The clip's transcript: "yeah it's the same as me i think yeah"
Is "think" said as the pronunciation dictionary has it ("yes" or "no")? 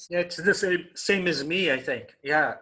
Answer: yes